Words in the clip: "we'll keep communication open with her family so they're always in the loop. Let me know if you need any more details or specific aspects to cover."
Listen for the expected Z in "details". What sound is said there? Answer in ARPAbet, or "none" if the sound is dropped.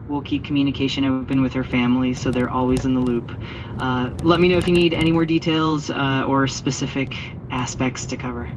Z